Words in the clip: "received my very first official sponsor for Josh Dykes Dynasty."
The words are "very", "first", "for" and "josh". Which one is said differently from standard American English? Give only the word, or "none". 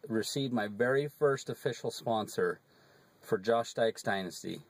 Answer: none